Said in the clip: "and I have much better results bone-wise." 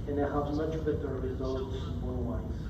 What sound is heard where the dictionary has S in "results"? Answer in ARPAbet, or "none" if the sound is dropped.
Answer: S